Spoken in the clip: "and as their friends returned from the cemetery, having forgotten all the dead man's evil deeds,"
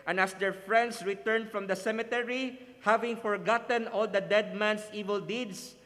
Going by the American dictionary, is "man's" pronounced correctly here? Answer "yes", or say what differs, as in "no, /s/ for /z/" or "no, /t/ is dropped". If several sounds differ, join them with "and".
no, /s/ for /z/